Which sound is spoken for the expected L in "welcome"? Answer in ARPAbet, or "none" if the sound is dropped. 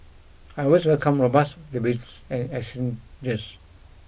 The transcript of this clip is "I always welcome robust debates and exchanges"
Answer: L